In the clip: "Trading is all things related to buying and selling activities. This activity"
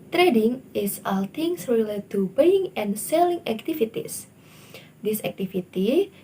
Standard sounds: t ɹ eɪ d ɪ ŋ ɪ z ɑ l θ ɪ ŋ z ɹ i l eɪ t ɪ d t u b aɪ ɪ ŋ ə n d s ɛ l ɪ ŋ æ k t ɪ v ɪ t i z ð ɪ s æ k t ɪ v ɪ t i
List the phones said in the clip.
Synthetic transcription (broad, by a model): t ɹ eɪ d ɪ ŋ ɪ s ɑ l t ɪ ŋ s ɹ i l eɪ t t u b aɪ ɪ ŋ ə n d s ɛ l ɪ ŋ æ k t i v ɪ t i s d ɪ s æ k t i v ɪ t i